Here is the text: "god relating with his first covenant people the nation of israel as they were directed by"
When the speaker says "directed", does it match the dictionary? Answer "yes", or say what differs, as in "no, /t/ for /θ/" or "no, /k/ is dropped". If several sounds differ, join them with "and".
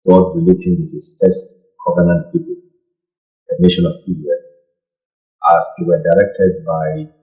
yes